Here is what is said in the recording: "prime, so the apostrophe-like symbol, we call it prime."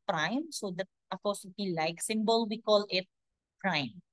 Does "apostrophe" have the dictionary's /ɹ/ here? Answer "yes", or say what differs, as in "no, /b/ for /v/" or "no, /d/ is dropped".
no, /ɹ/ is dropped